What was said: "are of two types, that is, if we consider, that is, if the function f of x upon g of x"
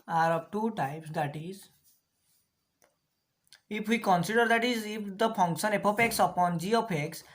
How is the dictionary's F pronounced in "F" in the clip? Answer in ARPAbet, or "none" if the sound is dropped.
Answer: P